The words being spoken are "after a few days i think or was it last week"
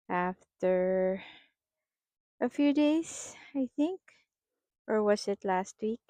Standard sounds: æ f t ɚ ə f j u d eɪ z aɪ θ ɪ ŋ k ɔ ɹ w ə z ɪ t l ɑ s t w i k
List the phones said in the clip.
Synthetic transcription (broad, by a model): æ f t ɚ ə f j u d eɪ s aɪ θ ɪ ŋ k ɔ ɹ w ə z ɪ t l ɑ s t w i k